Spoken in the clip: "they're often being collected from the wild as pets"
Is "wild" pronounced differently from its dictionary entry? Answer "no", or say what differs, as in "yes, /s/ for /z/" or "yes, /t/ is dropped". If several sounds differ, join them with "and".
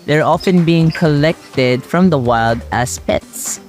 no